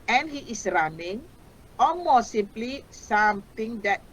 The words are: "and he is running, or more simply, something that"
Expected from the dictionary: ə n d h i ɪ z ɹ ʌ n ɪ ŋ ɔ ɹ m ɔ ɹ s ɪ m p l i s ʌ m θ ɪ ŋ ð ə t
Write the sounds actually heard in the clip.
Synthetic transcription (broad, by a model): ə n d h i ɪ s ɹ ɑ n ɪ ŋ ɔ l m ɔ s s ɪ m p l i s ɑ m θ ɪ ŋ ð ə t